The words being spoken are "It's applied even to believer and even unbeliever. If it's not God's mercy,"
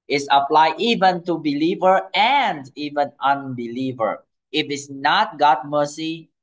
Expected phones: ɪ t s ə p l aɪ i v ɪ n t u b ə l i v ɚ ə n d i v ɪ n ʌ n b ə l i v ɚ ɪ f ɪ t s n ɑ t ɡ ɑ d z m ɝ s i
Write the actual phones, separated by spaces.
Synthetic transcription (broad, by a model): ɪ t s ə p l aɪ i v ɪ n t u b ə l i v ɚ ə n d i v ɪ n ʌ n b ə l i v ɚ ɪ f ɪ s n ɑ t ɡ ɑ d m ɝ s i